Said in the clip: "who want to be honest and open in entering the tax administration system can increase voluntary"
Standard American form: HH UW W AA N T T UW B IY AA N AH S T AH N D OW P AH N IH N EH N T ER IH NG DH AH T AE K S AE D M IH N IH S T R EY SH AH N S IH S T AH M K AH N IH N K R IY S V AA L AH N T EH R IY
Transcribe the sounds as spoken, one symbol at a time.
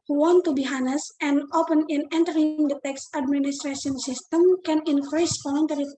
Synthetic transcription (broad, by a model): HH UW W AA N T T UW B IY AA N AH S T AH N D OW P AH N IH N EH N T ER IH NG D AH T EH K S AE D M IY N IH S T R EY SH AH N S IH S T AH M K AH N IH N K R IY S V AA L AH N T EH R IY